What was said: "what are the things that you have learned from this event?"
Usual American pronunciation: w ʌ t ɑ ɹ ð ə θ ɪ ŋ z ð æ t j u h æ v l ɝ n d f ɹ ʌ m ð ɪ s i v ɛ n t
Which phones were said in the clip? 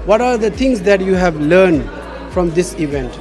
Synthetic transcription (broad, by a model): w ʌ t ɑ ɹ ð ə t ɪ ŋ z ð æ t j u h æ v l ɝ n d f ɹ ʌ m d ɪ s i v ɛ n t